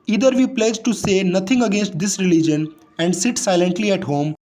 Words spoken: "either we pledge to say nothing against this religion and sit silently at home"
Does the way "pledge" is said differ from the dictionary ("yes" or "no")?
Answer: no